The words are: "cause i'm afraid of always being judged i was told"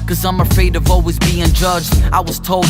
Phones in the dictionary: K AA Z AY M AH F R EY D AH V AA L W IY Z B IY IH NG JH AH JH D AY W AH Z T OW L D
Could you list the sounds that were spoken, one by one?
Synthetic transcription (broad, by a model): K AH Z AY M AH F R EY D AH V AA L W IY Z B IY IH NG JH AH JH D AY W AH Z T OW L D